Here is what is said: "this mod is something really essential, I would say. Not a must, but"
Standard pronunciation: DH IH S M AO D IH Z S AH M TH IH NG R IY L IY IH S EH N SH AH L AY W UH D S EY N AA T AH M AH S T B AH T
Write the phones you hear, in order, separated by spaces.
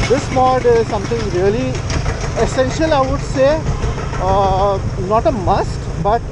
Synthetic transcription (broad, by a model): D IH S M AO D IH Z S AH M T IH NG R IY L IY IH S EH N SH AH L AY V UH D S EY N AA T AH M AH S T B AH T